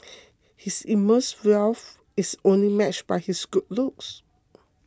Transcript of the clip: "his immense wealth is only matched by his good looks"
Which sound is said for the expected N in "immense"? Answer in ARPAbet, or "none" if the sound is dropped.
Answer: none